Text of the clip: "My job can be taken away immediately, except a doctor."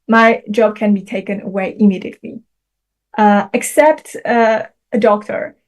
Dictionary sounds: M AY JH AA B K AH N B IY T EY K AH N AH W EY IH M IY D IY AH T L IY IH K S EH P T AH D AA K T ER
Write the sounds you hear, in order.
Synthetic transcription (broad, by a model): M AY JH AA B K AH N B IY T EY K AH N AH W EY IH M IY D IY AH T L IY IH K S EH P T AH D AA K T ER